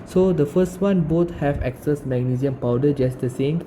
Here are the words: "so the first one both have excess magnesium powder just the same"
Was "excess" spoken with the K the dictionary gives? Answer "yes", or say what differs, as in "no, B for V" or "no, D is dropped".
yes